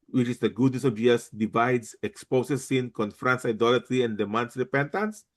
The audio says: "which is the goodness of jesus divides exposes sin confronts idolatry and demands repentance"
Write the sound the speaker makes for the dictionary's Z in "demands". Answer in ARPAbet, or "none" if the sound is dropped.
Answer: S